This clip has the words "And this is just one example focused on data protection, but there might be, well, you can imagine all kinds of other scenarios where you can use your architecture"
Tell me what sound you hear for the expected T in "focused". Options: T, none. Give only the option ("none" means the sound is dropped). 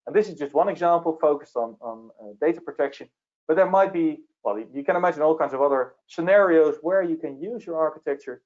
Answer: T